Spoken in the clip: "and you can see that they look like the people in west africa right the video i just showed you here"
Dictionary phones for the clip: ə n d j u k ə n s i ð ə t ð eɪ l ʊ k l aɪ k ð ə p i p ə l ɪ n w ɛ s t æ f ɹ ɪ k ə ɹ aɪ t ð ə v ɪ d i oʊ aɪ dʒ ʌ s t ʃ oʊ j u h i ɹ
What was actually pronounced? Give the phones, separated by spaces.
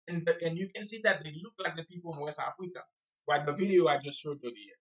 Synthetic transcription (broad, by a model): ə n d j u k ə n s i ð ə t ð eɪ l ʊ k l aɪ k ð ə p i p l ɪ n w ɛ s t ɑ f ɹ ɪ k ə w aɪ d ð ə v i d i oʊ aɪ dʒ ʌ s t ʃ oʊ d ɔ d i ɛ